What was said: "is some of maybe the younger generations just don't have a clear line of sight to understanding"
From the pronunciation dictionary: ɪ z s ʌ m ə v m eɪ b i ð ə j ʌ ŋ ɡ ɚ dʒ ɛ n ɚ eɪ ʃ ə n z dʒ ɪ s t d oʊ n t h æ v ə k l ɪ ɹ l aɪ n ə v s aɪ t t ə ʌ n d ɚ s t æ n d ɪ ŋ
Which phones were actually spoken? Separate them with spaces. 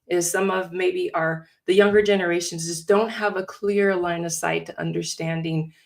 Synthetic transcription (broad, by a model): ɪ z s ʌ m ə v m eɪ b i ð ə j ʌ ŋ ɡ ɚ dʒ ɛ n ɚ eɪ ʃ ə n z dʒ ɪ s d oʊ n t h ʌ v ə k l ɪ ɹ l aɪ n ə v s aɪ t t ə ʌ n d ɚ s t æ n d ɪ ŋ